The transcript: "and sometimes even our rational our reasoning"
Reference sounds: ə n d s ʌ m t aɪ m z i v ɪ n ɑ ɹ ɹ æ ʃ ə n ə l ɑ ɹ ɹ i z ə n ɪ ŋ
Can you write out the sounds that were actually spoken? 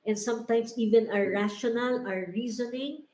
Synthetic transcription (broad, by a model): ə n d s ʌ m t aɪ m s i v ɪ n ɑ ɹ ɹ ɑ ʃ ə n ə l ɑ ɹ ɹ i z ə n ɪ ŋ